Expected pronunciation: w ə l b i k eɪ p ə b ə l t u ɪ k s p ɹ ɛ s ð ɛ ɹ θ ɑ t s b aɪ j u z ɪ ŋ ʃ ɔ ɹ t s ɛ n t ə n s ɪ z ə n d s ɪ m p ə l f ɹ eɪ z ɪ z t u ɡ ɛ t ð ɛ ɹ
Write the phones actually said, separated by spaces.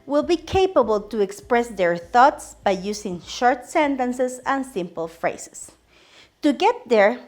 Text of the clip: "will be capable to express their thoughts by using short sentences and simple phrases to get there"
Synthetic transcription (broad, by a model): w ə l b i k eɪ p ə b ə l t u ɪ k s p ɹ ɛ s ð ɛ ɹ θ ɑ t s b aɪ j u s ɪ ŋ ʃ ɔ ɹ t s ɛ n t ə n s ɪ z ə n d s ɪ m p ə l f ɹ eɪ s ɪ s t u ɡ ɛ t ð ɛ ɹ